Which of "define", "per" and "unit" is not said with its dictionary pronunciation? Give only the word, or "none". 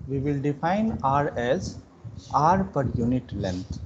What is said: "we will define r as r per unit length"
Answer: none